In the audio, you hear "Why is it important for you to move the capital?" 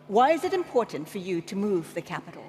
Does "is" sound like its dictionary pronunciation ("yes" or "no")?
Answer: yes